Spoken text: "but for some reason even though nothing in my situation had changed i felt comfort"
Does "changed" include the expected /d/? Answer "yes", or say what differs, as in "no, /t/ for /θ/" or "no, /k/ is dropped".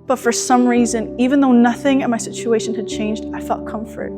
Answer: yes